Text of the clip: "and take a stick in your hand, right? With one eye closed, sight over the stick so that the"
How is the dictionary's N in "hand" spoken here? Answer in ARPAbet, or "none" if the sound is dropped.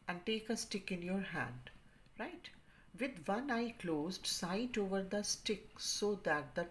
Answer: N